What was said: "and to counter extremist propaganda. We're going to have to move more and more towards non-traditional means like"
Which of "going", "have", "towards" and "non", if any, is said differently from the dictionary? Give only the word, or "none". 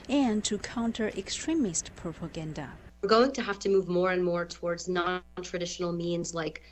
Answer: have